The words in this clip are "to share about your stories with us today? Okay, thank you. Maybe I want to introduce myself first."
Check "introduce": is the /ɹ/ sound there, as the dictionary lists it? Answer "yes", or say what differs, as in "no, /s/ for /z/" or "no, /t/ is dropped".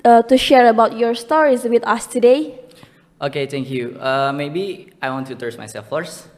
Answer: no, /ɹ/ is dropped